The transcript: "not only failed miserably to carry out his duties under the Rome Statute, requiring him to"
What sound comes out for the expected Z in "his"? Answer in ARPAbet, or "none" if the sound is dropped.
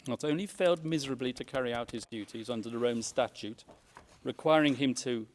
Z